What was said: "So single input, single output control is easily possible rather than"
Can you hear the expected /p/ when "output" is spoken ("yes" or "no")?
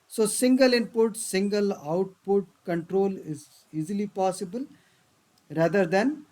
yes